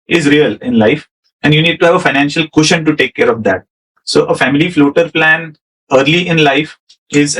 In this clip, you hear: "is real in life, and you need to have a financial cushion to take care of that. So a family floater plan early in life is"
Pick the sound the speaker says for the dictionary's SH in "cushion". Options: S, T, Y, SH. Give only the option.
SH